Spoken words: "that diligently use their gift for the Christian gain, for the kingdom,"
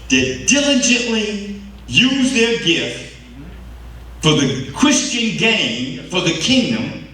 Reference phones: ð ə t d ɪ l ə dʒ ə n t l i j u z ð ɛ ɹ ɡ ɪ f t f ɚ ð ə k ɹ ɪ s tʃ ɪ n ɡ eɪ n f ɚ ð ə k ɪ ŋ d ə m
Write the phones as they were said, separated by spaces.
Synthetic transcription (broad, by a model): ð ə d d ɪ l ə dʒ ə n t l i j u z ð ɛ ɹ ɡ ɪ f t f ɚ ð ə k ɹ ɪ s tʃ ɪ n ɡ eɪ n f ɚ ð ə k ɪ ŋ d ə m